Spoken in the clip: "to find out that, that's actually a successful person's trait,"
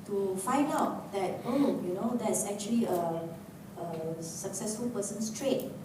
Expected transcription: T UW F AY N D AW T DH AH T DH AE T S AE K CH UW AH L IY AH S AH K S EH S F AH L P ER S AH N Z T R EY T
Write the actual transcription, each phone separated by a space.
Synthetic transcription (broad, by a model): T UW F AY N D AW T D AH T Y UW T S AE K CH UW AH L IY AH S AH K S EH S F AH L P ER S AH N S T R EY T